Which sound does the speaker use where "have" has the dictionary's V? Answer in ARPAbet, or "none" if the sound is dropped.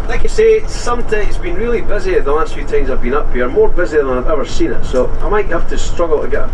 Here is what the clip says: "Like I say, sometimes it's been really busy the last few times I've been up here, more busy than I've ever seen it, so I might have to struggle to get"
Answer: F